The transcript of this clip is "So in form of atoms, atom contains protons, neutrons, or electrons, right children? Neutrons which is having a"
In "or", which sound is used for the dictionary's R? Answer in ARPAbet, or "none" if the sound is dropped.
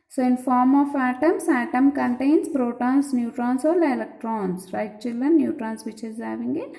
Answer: L